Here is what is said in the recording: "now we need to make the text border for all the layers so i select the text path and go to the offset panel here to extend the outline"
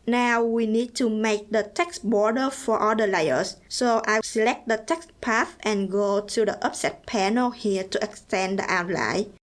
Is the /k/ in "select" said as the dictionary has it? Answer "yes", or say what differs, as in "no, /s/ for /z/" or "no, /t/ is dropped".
yes